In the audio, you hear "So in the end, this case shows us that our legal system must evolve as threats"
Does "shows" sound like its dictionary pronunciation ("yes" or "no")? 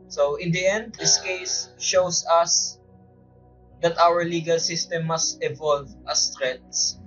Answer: no